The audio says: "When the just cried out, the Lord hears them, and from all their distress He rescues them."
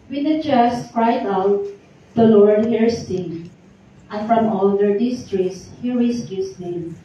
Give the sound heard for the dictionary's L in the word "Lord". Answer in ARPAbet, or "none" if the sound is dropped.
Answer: L